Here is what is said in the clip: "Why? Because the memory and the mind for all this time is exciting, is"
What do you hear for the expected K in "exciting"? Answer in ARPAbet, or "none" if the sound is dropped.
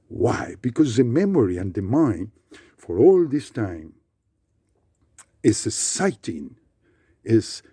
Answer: none